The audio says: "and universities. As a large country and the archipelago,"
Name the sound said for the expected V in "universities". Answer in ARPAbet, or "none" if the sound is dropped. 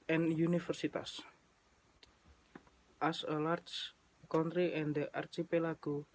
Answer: F